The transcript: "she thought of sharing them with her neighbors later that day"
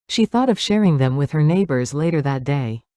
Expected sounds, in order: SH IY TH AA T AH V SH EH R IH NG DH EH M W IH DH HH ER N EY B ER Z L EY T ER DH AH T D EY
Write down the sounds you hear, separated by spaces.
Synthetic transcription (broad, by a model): SH IY TH AA T AH V SH EH R IH NG DH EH M W IH DH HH ER N EY B ER Z L EY T ER DH AH T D EY